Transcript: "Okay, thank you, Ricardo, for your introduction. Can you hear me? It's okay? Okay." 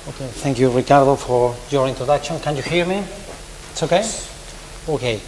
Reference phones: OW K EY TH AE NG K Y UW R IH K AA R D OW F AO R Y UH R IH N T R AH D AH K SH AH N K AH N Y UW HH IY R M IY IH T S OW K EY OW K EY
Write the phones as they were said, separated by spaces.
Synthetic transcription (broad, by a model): OW K EY TH AE NG K Y UW R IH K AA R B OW F AO R Y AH R IH N T R AH D AH K SH AH N K AH N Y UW HH IY R M IY IH T S OW K EY OW K EY